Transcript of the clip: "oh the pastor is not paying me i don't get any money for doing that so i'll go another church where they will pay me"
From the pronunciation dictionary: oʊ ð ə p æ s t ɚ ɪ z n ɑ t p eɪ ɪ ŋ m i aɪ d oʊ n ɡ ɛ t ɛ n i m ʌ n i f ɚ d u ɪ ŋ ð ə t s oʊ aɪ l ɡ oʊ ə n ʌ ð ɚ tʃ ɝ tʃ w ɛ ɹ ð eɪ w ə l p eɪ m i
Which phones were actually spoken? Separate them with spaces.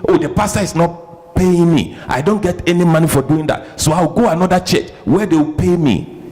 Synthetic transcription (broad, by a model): oʊ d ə p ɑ s t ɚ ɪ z n ɑ t p eɪ ɪ ŋ m i aɪ d oʊ n ɡ ɛ t ɛ n i m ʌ n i f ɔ d u ɪ ŋ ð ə t s oʊ aɪ w ɡ oʊ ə n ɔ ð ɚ tʃ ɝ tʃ w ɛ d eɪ w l p eɪ m i